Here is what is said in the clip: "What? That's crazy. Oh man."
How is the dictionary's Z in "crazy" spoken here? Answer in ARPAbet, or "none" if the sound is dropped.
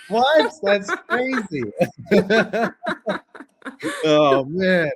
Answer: Z